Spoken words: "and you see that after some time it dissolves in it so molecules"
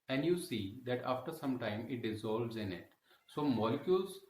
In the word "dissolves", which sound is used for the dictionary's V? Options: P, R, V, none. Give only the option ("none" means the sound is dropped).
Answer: V